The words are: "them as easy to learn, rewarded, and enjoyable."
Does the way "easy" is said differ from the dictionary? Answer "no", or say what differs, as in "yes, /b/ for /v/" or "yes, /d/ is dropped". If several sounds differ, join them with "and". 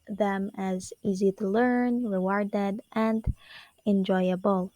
no